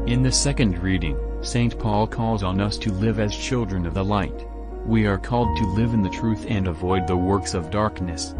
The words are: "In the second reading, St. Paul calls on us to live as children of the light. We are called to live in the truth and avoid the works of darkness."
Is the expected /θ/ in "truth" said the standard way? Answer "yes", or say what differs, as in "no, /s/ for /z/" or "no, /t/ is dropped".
yes